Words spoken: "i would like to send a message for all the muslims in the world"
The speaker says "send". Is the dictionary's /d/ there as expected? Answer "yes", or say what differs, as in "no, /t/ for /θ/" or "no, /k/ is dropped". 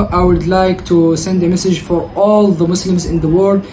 yes